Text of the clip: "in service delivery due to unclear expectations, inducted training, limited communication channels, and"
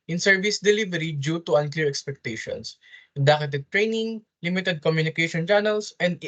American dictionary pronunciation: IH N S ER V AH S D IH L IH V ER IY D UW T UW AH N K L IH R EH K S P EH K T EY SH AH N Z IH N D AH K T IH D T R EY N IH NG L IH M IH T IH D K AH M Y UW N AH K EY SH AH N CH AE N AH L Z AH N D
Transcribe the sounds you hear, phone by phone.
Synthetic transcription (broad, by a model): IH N S ER V AH S D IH L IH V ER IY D UW T UW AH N K L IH R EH K S P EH K T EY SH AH N S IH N D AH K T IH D T R EY N IH NG L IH M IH T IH D K AH M Y UW N AH K EY SH AH N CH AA N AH L S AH N D